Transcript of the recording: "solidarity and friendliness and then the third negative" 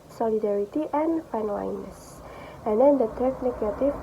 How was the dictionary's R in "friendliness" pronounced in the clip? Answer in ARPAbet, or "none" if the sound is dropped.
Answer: none